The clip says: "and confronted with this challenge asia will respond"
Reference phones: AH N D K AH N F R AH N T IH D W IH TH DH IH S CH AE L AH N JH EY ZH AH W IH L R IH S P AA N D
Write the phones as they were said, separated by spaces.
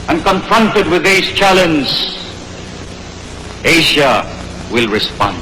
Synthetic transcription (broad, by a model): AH N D K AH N F R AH N T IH D W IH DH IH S CH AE L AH N Z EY SH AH W IH L R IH S P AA N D